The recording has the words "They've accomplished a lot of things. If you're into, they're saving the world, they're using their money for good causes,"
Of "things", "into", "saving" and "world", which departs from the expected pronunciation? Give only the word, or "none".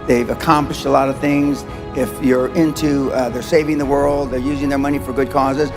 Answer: none